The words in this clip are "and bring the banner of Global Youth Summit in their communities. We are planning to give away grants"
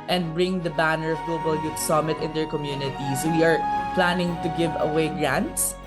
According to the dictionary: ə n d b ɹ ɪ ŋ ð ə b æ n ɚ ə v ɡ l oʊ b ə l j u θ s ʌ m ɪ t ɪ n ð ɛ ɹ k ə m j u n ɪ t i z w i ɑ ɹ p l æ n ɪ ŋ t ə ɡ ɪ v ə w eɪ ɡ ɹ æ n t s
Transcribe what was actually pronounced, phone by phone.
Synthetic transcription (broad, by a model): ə n d b ɹ ɪ ŋ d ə b æ n ɚ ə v ɡ l oʊ b ə l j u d s ʌ m ɪ t ɪ n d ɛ ɹ k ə m j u n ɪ t i s w i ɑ ɹ p l æ n ɪ ŋ t ə ɡ ɪ v ə w eɪ ɡ ɹ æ n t s